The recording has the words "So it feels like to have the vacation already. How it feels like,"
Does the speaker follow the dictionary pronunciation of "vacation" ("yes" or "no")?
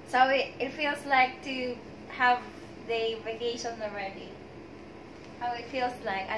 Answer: yes